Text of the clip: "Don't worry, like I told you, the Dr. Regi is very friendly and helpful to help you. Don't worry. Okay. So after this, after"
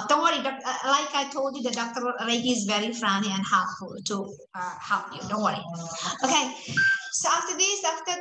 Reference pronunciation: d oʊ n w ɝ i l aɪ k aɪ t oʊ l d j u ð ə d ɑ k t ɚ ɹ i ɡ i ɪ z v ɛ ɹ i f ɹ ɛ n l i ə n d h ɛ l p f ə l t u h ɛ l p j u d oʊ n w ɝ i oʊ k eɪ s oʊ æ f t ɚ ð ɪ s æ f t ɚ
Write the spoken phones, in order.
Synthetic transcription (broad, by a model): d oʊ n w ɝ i l aɪ k aɪ t oʊ l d j u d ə d ɑ k t ɚ l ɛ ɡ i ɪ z v ɛ ɹ i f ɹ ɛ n i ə n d h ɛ p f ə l t u h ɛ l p j u d oʊ n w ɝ i oʊ k eɪ s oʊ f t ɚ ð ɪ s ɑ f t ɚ